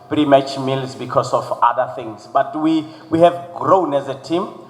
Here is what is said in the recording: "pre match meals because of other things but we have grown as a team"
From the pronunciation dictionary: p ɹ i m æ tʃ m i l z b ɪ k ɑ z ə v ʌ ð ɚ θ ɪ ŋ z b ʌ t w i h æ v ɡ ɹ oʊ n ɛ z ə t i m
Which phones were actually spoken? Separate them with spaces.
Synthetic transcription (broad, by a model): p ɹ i m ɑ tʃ m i l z b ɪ k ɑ s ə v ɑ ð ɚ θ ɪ ŋ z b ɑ t w i h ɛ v ɡ ɹ oʊ n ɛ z ə t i m